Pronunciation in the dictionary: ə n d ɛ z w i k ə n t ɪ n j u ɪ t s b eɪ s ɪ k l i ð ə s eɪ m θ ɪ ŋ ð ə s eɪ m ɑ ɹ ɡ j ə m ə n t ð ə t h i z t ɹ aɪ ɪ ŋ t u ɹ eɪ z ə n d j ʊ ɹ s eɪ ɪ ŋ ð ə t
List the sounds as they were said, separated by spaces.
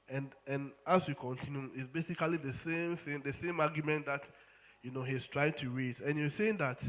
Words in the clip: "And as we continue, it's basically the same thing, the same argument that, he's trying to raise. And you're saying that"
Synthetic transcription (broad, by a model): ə n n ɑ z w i k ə n t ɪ n j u ɪ t s b eɪ s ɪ k l i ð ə s eɪ m θ ɪ ŋ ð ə s eɪ m ɑ ɡ j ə m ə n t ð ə t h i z t ɹ aɪ ɪ ŋ t u ɹ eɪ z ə n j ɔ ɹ s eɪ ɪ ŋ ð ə t